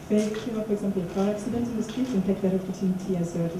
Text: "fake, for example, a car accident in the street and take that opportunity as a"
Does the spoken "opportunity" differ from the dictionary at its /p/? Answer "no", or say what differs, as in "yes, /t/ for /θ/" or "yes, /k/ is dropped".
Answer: yes, /f/ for /p/